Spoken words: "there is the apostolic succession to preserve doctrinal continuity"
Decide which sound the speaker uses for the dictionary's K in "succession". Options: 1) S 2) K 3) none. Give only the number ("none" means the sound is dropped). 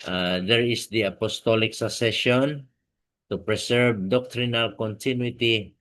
3